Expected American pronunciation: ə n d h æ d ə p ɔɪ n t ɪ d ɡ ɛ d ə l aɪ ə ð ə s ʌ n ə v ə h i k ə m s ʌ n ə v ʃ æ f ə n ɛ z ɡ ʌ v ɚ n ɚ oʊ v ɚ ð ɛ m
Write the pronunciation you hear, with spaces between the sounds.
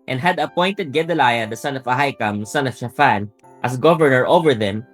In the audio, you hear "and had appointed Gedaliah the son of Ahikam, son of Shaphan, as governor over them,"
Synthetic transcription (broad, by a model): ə n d h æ d ə p ɔɪ n t ɪ d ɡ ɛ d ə l aɪ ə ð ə s ʌ n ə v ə h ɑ k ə m s ʌ n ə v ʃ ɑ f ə n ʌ s ɡ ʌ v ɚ n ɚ oʊ v ɚ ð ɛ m